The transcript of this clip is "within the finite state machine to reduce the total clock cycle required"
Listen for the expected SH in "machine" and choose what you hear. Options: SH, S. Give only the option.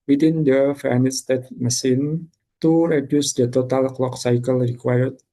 S